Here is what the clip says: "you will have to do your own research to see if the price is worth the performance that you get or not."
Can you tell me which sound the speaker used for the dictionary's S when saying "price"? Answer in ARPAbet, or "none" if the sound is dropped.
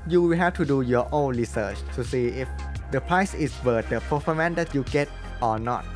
S